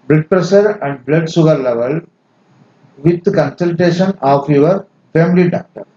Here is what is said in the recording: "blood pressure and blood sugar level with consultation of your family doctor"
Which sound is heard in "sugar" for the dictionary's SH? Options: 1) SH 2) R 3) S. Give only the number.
3